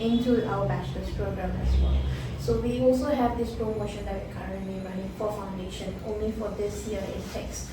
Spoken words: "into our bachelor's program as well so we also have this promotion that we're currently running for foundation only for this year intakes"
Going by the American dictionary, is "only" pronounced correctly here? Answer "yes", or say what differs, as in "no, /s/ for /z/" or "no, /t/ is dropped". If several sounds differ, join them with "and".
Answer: yes